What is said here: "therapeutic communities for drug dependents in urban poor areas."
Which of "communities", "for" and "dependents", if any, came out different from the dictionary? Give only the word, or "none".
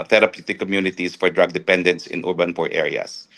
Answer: communities